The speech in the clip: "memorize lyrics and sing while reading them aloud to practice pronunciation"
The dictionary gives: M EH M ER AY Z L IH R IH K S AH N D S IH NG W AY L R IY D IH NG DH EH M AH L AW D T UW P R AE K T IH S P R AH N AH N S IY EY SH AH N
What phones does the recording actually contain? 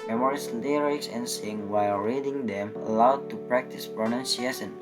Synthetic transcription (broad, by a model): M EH M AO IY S L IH R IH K S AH N S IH NG W AY L R IY D IH NG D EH M AH L AW D T UW P R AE K T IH S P R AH N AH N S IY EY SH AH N